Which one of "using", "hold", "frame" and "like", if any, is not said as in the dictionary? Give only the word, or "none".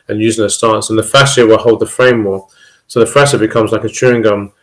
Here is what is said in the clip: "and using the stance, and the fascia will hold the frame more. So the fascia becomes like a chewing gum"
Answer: none